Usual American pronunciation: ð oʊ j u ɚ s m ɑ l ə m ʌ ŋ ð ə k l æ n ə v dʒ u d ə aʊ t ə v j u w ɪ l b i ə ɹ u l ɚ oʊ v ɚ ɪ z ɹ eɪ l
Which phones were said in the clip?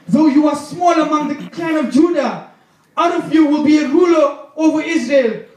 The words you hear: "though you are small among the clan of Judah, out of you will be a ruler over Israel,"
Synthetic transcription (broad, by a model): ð oʊ j u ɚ s m ɑ l ə m ʌ ŋ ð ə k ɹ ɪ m ə v dʒ u d ə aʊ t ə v j u w ɪ l b i ə ɹ u l ɚ oʊ v ɚ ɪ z ɹ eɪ l